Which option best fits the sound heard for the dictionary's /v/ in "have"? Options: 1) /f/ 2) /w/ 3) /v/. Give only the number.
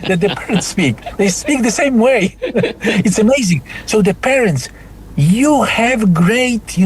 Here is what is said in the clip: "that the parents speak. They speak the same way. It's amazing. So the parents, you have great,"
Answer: 3